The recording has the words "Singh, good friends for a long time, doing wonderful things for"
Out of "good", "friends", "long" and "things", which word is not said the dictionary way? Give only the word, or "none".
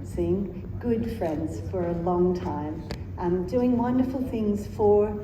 none